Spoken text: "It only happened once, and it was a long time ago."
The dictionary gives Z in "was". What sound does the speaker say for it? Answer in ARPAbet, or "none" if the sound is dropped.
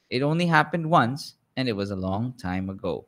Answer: Z